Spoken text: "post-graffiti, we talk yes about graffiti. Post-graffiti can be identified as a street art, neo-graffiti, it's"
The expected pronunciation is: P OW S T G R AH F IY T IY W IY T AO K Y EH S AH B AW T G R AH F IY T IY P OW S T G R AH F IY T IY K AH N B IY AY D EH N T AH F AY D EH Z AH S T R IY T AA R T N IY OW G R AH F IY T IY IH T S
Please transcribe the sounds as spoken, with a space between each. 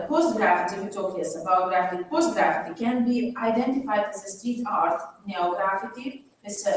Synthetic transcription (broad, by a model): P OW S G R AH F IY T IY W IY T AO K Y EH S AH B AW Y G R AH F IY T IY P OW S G R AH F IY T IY K AH N B IY AY D EH N T AH F AY D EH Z AH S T IY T AA R T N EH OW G R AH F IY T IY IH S